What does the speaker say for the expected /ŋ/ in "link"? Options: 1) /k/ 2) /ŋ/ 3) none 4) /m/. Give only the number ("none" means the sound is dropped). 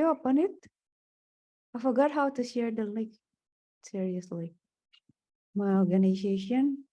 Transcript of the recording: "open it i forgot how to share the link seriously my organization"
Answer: 3